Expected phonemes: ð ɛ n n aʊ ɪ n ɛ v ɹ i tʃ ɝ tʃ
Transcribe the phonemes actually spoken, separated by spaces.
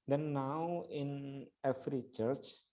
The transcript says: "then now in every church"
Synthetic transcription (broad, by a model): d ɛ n n aʊ ɪ n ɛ f ɹ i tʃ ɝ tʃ